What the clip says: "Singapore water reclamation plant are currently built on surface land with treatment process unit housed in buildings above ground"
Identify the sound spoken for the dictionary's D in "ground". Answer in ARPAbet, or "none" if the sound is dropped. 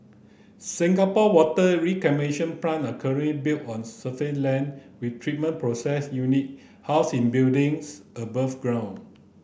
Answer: none